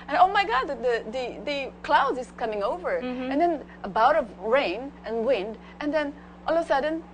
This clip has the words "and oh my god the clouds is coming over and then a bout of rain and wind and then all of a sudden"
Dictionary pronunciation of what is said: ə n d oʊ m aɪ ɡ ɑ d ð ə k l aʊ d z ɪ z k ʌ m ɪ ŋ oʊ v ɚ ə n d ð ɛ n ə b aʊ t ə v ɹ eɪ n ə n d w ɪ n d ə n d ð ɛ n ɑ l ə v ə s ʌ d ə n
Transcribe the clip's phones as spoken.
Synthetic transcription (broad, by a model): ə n oʊ m aɪ ɡ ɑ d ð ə k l aʊ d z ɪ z k ʌ m ɪ ŋ oʊ v ɚ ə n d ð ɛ n ə b aʊ t ə v ɹ eɪ n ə n w ɪ n d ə n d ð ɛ n ɑ l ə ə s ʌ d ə n